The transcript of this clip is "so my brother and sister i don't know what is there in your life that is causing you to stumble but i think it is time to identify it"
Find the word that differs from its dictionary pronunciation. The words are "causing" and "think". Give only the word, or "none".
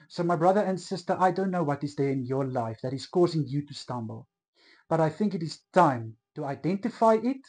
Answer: none